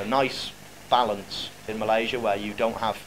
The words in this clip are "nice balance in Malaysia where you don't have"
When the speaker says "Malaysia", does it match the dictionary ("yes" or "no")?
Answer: yes